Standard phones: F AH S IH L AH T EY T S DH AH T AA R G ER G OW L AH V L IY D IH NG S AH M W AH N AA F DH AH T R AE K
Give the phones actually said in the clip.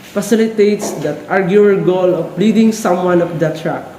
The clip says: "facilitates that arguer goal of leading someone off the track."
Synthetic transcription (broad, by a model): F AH S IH L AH T EY T S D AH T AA R G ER G OW L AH P L IY D IH NG S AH M W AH N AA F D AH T R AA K